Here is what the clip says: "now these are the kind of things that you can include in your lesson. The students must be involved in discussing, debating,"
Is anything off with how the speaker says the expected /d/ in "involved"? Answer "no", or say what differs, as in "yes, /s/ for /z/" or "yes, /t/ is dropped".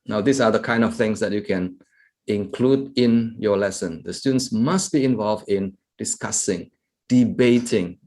no